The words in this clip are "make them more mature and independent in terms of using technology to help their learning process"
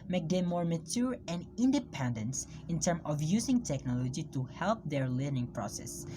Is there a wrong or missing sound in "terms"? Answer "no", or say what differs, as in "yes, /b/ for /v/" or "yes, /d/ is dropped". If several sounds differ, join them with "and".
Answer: yes, /z/ is dropped